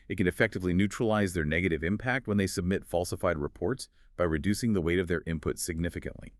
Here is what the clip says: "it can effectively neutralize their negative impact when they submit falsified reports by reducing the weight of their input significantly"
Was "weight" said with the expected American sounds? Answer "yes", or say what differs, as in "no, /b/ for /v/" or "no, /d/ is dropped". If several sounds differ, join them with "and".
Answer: yes